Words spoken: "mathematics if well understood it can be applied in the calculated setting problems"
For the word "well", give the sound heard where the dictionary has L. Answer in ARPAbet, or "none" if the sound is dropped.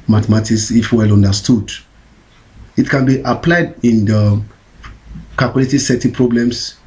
L